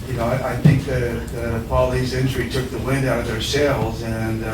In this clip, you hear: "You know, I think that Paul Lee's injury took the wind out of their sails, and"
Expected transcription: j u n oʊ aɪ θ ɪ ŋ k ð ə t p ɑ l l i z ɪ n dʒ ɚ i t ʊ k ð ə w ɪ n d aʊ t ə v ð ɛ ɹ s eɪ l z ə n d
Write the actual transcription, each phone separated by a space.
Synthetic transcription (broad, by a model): j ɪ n oʊ aɪ θ ɪ ŋ k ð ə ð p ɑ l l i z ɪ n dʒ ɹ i t ʊ k ð ə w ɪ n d aʊ t ə v ð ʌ ɹ s eɪ l z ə n